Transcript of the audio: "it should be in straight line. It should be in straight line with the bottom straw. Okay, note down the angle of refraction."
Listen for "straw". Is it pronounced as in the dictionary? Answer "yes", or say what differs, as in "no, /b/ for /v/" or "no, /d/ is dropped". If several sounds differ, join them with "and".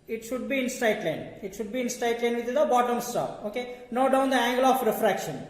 no, /ɹ/ is dropped